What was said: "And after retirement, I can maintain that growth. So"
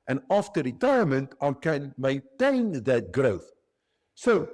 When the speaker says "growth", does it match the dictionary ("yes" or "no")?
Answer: yes